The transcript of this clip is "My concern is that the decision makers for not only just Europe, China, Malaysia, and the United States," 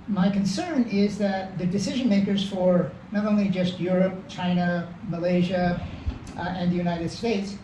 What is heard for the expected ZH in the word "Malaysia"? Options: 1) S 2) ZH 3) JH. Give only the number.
2